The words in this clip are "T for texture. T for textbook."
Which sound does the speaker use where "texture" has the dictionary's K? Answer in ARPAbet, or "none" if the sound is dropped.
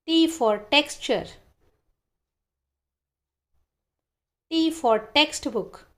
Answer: K